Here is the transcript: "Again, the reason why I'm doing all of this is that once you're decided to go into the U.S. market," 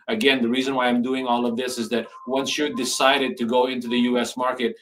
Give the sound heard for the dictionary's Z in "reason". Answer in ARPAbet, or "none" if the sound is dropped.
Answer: Z